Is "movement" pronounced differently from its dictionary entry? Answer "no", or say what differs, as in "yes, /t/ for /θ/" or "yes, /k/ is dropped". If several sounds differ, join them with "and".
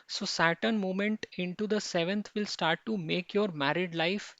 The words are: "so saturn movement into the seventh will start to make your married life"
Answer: yes, /v/ is dropped